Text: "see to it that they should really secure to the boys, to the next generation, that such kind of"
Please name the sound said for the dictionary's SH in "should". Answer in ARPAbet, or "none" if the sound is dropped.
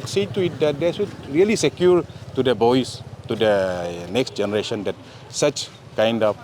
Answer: S